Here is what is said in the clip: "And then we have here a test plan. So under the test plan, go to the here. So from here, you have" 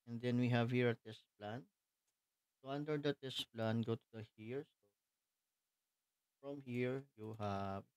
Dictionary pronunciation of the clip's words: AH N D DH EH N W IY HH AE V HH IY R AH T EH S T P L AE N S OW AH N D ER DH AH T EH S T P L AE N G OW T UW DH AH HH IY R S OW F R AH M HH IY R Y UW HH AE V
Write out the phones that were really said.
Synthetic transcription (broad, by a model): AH N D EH N W IY HH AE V HH IY R AH T EH S T P L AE N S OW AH N D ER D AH T EH S T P L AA N G OW T UW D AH HH IY R S OW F R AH M HH IY R Y UW HH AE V